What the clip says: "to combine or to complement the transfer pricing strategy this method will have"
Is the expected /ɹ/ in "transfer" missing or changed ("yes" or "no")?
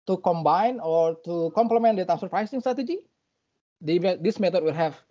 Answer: yes